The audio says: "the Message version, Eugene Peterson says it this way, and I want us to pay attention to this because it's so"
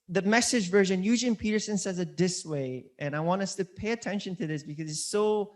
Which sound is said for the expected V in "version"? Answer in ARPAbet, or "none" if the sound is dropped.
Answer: V